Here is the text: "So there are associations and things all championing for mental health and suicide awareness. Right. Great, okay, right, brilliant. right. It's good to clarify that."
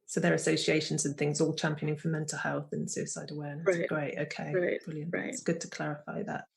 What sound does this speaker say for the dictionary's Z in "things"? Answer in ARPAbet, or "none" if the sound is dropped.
Z